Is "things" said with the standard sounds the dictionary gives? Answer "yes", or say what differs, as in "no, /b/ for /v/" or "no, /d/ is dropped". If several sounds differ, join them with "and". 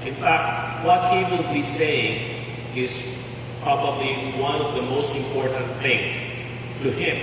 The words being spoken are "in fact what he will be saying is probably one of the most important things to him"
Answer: no, /z/ is dropped